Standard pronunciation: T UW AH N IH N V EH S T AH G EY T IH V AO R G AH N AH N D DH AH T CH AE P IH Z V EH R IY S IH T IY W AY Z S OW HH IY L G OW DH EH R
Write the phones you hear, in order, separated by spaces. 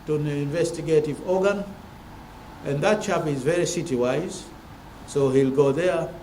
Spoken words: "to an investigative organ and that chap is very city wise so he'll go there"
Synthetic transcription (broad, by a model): T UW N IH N V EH S T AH G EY T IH V AO R G AH N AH N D DH AH T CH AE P IH Z V EH R IY S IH T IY W AY Z S OW HH IY L G OW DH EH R